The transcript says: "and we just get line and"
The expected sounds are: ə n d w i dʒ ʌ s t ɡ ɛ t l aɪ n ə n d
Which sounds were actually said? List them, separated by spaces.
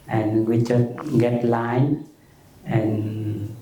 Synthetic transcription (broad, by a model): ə n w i tʃ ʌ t ɡ ɛ t l aɪ n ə n